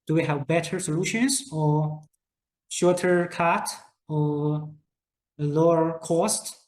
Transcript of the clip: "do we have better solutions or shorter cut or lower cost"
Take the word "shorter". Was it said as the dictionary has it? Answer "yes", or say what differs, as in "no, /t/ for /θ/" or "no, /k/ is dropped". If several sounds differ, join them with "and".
yes